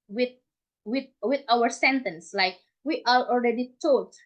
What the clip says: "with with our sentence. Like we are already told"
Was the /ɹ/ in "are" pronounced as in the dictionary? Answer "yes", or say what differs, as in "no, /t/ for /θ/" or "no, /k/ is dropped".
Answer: no, /l/ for /ɹ/